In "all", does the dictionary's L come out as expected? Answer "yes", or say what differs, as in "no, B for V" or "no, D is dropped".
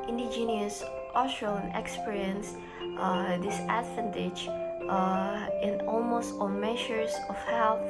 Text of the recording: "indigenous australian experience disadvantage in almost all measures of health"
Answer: no, N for L